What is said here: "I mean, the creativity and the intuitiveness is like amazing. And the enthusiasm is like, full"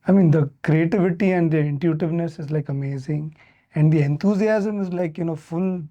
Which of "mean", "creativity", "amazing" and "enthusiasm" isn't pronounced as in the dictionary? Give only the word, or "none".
enthusiasm